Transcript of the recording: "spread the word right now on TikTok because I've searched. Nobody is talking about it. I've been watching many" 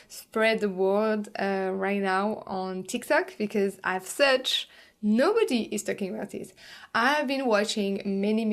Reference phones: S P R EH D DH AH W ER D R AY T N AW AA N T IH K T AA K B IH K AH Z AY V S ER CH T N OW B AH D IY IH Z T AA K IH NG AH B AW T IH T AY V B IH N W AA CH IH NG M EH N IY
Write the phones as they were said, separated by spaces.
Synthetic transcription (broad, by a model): S P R EH D DH AH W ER D R AY T N AW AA N T IH K T AA K B IH K AH Z AY V S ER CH N OW B AH D IY IH Z T AA K IH NG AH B AW T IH T AY V B IH N W AA CH IH NG M EH N IY